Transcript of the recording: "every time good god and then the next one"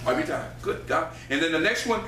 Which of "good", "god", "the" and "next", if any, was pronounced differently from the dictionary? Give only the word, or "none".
god